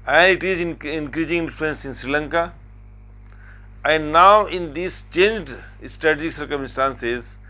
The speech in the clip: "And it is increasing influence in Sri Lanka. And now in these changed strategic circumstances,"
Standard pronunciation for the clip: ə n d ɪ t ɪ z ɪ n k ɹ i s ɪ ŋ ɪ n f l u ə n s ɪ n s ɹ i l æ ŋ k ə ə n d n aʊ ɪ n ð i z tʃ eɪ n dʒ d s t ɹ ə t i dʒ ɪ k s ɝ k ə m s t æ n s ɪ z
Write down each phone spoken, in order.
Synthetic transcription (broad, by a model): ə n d ɪ t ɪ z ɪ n k ɹ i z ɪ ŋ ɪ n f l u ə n s ɪ n s ɹ i l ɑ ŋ k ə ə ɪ n aʊ ɪ n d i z tʃ eɪ n dʒ d s t ɹ ə t i dʒ ɪ k s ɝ k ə m s t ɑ n s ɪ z